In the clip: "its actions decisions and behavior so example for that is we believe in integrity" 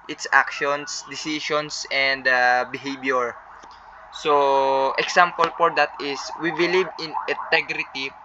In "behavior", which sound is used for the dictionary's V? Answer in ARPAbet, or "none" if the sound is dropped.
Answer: B